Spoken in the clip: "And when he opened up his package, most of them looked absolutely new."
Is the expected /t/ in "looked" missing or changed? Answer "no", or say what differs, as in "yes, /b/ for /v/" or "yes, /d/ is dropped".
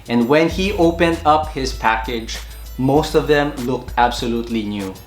no